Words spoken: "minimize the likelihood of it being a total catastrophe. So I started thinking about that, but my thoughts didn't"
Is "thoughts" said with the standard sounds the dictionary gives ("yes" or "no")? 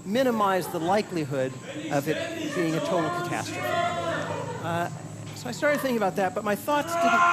yes